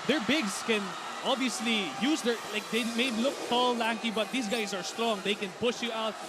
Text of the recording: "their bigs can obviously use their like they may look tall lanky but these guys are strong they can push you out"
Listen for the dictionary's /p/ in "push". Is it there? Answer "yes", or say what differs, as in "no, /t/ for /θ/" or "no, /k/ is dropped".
yes